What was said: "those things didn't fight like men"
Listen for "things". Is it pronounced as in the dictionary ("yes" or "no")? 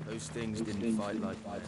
yes